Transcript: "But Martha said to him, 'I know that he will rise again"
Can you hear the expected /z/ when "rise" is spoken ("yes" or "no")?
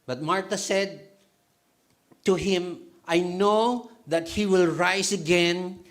no